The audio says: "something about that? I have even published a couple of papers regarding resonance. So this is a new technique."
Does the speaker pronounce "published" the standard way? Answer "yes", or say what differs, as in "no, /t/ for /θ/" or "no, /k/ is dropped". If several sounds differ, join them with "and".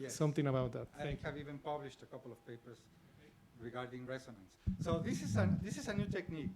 yes